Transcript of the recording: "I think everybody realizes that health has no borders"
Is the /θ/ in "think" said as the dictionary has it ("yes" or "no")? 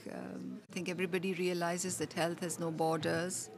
no